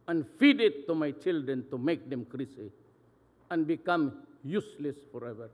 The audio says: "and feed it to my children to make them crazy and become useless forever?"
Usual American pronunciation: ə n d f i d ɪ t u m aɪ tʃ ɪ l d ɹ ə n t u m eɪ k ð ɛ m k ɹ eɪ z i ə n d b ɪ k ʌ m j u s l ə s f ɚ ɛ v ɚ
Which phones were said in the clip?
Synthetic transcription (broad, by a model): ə n f i d ɪ t u m aɪ tʃ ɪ l d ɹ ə n t u m eɪ k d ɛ m k ɹ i s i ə n b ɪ k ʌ m j u s l ə s f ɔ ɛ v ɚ